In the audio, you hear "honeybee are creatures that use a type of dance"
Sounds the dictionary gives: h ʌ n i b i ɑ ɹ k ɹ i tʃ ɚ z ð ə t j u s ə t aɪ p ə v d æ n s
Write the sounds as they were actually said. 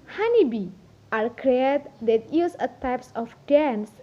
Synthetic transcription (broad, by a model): h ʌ n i b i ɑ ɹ k ɹ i ɚ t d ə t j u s ə t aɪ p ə f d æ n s